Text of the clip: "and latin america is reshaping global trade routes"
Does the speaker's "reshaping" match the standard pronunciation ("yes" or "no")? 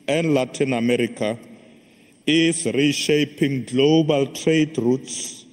yes